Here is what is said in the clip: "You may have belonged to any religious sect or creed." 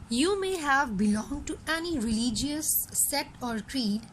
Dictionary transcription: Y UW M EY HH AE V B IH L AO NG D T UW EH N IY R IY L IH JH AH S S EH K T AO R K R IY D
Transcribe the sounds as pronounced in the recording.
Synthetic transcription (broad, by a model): Y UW M EY HH AE V B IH L AO NG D T UW EH N IY R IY L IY JH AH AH S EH T AO R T R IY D